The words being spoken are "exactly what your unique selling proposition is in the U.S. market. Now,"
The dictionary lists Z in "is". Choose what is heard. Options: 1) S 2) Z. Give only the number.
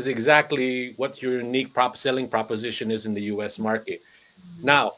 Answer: 2